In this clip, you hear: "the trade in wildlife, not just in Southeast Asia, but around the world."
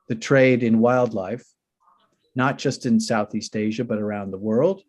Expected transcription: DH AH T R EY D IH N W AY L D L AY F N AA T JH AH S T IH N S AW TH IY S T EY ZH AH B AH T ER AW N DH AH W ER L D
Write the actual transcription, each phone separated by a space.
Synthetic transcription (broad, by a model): DH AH T R EY D IH N W AY L D L AY F N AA T JH AH S T IH N S AW TH IY S T EY ZH AH B AH T ER AW N DH AH W ER L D